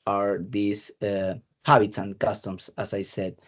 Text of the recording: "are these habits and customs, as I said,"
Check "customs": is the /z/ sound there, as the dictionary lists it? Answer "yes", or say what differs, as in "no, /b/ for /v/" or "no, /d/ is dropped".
no, /s/ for /z/